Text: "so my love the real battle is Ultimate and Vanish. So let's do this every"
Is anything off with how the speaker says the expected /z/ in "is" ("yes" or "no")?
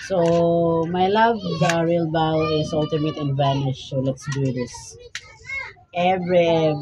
yes